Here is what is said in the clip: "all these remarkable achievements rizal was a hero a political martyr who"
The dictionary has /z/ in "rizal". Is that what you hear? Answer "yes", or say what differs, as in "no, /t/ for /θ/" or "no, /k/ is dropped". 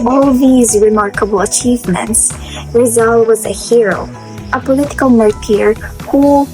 yes